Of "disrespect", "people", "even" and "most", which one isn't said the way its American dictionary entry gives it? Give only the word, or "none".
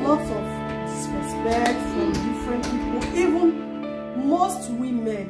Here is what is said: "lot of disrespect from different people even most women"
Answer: disrespect